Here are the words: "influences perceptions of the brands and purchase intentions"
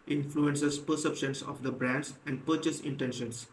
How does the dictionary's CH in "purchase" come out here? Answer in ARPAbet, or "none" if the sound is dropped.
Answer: CH